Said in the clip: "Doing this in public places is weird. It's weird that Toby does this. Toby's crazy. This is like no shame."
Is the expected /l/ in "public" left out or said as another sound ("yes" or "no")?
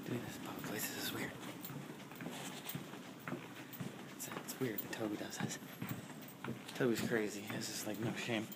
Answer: yes